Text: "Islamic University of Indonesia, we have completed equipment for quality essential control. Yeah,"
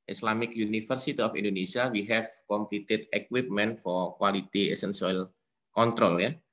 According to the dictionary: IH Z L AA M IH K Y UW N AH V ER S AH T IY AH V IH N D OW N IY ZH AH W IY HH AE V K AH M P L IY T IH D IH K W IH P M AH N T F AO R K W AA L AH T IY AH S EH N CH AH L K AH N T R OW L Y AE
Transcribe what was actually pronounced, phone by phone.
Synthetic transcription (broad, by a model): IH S L AA M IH K Y UW N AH F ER S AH T IY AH F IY N D OW N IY S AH W IY HH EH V K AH M P L IY T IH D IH K W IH P M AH N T F AO R K W AA L AH T IY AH S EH N S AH L K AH N T R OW L Y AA